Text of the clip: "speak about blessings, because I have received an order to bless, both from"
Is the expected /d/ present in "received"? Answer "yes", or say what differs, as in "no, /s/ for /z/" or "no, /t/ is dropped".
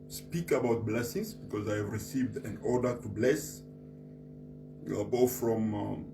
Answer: yes